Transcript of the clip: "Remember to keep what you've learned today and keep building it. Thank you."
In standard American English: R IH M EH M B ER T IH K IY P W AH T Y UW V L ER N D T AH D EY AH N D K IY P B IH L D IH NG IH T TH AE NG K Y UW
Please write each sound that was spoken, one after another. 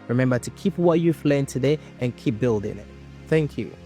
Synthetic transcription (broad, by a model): R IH M EH M B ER T IH K IY P W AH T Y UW F L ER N T AH D EY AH N K IY P B IH L D IH NG IH T TH AE NG K Y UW